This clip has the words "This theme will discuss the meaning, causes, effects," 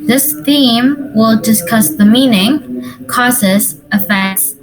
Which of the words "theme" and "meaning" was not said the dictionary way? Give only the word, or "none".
none